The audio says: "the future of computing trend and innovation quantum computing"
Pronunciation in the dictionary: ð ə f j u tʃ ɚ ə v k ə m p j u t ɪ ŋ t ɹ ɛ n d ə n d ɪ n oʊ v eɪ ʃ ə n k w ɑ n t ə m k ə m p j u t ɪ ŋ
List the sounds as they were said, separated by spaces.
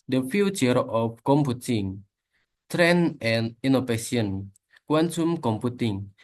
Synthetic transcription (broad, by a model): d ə f j u tʃ ɚ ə f k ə m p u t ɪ ŋ t ɹ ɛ n ə n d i n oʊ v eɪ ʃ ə n k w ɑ n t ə m k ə m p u t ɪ ŋ